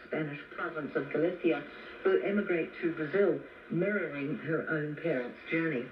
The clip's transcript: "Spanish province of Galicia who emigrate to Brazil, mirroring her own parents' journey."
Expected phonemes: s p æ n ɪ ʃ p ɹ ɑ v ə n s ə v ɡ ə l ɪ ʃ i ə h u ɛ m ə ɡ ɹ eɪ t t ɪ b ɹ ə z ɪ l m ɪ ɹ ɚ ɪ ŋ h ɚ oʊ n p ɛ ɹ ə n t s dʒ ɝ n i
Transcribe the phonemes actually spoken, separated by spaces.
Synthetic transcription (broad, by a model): s p æ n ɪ ʃ p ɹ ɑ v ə n s ə v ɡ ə l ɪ s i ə h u ɛ m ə ɡ ɹ eɪ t t ɪ b ɹ ə z ɪ l m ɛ ɹ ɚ ɪ ŋ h ɚ oʊ n p ɛ ɹ ə n t s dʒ ɝ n i